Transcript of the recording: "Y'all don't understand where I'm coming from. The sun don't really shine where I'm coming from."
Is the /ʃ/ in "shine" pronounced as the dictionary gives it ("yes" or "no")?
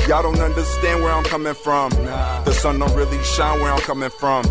yes